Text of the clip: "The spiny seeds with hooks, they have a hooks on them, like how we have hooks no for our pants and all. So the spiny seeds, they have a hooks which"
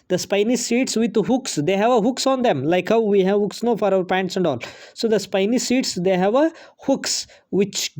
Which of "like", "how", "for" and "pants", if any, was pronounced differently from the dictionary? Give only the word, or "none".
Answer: none